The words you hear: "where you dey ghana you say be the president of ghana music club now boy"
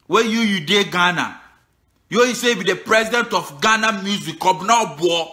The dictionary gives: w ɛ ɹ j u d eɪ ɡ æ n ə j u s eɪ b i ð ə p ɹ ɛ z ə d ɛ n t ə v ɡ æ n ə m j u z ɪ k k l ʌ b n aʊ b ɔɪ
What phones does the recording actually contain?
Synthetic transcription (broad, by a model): w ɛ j j u d eɪ ɡ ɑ n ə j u s eɪ b i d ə p ɹ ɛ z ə d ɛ n t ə f ɡ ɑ n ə m j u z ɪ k k ɔ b n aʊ b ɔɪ